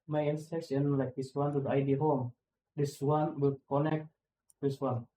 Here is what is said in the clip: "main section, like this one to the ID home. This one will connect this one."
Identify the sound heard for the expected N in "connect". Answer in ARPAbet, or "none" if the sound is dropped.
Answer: N